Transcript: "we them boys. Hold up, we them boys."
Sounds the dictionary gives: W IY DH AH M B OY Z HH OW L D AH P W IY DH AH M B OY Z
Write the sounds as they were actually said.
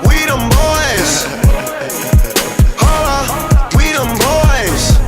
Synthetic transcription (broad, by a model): W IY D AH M B OY Z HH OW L AH W IY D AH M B OY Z